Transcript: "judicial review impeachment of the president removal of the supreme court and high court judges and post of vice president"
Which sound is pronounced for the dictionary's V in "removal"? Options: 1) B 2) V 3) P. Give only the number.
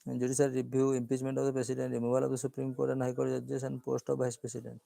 1